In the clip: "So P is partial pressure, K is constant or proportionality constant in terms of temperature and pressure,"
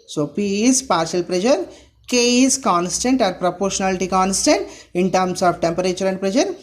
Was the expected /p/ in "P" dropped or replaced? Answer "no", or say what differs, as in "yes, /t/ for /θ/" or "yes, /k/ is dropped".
no